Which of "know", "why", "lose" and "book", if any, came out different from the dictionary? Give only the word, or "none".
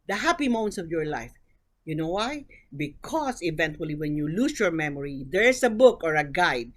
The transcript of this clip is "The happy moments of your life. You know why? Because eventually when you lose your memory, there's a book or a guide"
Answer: lose